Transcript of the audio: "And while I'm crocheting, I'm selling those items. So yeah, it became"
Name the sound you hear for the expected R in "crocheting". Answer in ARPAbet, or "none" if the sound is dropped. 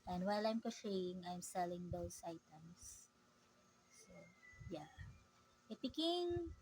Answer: none